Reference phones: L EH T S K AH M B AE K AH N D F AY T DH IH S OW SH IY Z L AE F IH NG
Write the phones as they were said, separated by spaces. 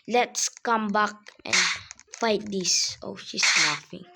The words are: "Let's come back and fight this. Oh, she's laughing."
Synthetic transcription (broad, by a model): L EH T S K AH M B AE K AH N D F AY T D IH S OW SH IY S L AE F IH NG